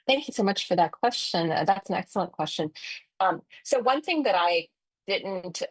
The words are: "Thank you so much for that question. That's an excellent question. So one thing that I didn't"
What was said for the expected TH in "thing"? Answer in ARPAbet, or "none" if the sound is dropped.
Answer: TH